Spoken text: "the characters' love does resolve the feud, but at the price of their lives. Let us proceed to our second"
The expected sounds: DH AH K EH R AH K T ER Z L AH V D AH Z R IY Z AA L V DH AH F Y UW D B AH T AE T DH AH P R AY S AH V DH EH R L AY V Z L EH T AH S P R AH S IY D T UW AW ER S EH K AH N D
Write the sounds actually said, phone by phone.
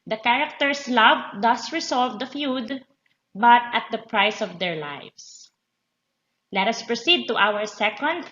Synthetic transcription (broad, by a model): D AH K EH R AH K T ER S L AH V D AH S R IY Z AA L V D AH F Y UW D B AH T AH T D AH P R AY S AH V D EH R L AY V S L EH T AH S P R AH S IY D T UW AW ER S EH K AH N D